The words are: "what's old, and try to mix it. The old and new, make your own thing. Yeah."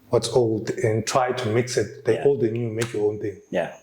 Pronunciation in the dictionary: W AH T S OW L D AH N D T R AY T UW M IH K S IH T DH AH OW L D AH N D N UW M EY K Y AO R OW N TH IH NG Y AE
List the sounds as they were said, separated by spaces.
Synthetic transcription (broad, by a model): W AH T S OW L D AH N T R AY T UW M IH K S IH T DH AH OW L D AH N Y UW M EY K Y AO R OW N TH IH NG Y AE